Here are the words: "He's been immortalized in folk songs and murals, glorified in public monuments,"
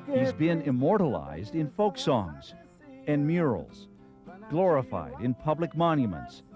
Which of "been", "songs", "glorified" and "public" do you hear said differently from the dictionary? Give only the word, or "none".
none